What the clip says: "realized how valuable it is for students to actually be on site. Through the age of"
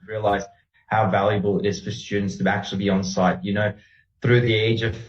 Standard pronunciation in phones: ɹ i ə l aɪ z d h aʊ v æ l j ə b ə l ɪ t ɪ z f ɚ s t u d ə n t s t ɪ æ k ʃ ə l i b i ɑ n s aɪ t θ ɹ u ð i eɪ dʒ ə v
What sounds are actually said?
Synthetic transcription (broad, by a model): ɹ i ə l aɪ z h aʊ v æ l j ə b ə l ɪ t ɪ z f ɚ s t u d n t s t ɪ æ k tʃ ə l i b i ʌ n s aɪ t θ ɹ u ð i eɪ dʒ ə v